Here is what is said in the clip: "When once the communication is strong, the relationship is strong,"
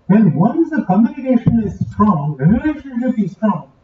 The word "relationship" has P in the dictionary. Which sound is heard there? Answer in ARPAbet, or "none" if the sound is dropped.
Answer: B